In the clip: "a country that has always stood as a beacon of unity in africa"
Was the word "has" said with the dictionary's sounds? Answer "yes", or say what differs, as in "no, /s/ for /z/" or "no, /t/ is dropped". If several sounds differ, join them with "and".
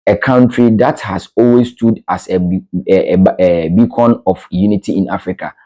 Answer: no, /s/ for /z/